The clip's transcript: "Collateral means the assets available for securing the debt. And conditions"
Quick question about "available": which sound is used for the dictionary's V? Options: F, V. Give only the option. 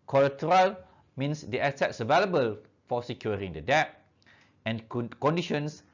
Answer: V